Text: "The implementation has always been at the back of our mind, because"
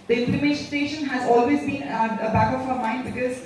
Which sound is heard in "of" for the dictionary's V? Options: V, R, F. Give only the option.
F